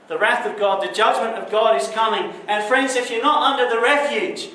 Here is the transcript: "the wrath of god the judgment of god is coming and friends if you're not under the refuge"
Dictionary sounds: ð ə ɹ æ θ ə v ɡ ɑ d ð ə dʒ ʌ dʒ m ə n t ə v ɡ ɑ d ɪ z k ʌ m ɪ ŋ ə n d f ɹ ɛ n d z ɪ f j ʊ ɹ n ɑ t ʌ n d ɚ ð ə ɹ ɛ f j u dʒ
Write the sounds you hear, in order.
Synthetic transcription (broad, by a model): ð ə ɹ æ θ ə v ɡ ɑ d ð ə dʒ ʌ dʒ m ə n t ə v ɡ ɑ d ɪ z k ʌ m ɪ ŋ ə n f ɹ ɛ n d z ɪ f j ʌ ɹ n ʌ t ʌ n d ɚ ð ə ɹ ɛ f j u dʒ